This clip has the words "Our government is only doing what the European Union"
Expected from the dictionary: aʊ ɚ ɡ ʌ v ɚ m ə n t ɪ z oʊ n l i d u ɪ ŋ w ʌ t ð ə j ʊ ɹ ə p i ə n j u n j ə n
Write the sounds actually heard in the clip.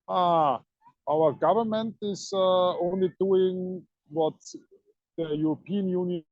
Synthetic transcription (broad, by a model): aʊ ɚ ɡ ʌ v ɚ m ə n t ɪ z oʊ n l i d u ɪ ŋ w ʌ t ð ə j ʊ ɹ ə p i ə n j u n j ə